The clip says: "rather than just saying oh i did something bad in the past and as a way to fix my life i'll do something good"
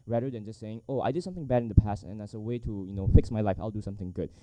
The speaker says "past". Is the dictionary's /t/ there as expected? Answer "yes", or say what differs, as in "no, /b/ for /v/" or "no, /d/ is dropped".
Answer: yes